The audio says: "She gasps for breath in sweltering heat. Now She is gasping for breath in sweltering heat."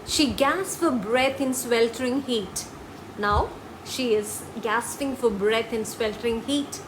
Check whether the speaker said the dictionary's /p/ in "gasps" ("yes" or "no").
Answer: no